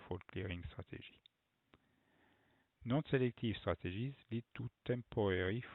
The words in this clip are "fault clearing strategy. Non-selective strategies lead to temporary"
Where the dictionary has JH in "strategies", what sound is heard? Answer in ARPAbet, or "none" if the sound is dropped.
ZH